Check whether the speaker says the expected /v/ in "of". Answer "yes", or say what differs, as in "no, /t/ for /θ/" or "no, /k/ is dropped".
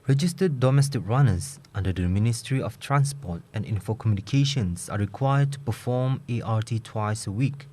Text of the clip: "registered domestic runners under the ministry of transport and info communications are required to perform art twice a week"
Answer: no, /f/ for /v/